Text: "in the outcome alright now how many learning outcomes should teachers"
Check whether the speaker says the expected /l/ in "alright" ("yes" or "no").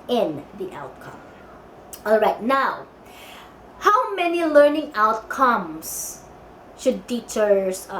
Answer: yes